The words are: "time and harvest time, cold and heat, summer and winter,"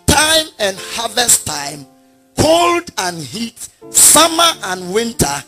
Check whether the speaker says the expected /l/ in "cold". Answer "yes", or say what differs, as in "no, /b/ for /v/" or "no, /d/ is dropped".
yes